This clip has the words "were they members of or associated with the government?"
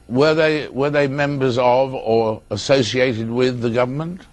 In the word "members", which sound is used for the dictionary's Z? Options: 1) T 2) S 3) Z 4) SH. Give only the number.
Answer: 3